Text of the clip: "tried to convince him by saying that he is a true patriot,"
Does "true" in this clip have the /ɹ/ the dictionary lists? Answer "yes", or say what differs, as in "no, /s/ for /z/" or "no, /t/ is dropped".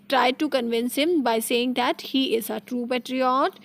yes